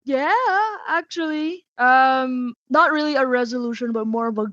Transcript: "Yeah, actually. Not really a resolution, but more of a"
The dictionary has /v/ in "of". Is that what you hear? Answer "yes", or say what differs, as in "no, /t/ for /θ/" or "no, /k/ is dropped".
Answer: yes